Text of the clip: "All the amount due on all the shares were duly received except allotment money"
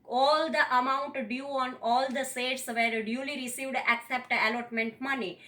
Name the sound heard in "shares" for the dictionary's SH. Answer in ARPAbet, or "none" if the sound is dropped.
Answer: S